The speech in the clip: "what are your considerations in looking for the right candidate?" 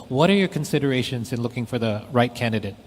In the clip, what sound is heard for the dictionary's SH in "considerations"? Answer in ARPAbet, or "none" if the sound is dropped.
SH